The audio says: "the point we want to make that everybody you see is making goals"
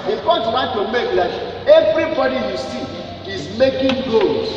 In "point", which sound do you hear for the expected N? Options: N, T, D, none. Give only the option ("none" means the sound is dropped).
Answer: none